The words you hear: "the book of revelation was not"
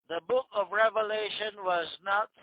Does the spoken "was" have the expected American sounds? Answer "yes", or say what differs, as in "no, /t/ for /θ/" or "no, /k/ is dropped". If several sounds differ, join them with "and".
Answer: yes